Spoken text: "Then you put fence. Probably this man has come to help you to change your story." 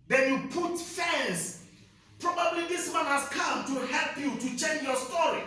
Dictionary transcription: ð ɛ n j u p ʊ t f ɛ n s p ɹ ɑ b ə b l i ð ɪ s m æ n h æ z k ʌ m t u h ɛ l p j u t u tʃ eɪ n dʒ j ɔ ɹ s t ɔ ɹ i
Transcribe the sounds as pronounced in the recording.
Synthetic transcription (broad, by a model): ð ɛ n j u p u t f ɛ n s p ɹ ɑ b ə b l i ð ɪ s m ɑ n h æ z k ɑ m t u h ɛ l p j u t u tʃ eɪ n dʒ j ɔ s t ɔ ɹ i